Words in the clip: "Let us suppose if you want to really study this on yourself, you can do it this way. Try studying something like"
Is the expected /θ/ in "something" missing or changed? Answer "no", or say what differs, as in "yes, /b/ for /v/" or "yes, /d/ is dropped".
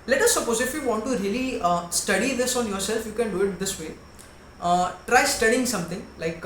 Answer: yes, /t/ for /θ/